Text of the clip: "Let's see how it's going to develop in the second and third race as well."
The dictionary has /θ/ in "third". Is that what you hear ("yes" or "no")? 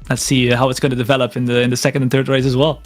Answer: yes